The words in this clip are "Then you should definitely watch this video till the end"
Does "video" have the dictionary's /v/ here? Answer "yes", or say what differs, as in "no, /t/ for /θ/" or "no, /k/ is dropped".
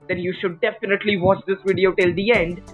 yes